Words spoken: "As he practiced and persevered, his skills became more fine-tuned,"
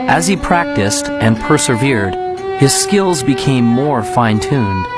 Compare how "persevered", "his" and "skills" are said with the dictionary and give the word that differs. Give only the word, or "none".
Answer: none